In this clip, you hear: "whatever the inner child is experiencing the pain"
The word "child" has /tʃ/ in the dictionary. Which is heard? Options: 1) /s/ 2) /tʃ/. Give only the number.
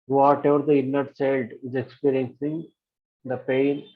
1